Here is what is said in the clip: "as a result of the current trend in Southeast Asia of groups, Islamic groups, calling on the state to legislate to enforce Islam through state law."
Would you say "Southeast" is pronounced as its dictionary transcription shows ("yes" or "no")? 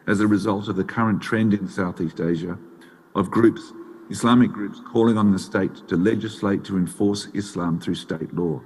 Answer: yes